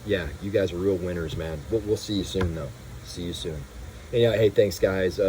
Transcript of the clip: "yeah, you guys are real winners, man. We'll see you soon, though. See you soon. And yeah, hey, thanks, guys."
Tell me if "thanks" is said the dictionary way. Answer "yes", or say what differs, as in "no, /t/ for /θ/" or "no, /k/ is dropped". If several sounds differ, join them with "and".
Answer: yes